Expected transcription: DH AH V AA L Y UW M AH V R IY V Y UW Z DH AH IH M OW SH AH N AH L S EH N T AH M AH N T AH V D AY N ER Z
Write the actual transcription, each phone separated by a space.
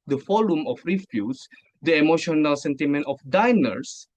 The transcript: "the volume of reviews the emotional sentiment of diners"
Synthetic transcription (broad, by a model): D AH F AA L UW M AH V R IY F Y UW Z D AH IH M OW SH AH N AH L S EH N T AH M AH N T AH F D AY N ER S